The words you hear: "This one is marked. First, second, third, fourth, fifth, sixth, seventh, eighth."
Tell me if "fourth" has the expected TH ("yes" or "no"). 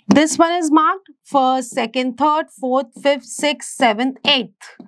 no